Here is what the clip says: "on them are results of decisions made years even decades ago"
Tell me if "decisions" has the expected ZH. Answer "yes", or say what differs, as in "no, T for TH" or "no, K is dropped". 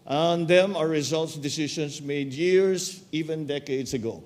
no, SH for ZH